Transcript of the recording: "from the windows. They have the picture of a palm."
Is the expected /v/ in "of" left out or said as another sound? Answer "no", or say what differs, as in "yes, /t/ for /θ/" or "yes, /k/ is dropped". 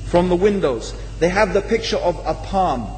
no